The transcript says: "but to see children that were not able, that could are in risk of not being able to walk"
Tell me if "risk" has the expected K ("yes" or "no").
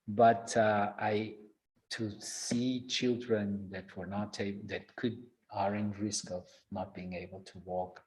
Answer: yes